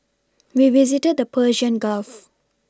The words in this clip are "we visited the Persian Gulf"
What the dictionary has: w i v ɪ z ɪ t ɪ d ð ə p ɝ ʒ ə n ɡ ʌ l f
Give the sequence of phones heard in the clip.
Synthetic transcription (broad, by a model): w i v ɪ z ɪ t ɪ d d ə p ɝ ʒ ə n ɡ ʌ l f